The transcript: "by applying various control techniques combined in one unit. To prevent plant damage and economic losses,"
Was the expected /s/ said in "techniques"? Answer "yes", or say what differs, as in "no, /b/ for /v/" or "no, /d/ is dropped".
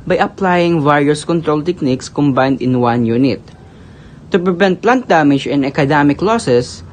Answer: yes